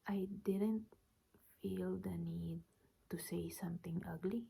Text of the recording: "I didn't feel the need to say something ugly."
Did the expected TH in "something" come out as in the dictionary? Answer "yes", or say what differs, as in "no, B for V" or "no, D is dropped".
no, T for TH